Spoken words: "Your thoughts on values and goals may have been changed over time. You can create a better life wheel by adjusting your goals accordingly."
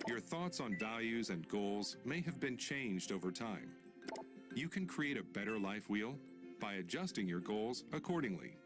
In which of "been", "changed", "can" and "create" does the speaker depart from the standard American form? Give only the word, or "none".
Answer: none